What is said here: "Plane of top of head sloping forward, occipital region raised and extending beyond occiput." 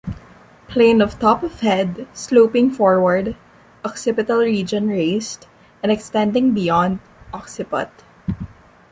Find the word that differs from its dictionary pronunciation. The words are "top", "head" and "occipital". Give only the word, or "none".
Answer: none